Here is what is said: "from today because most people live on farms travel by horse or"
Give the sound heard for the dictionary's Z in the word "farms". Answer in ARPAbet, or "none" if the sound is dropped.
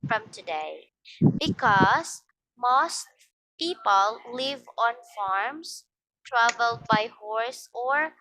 S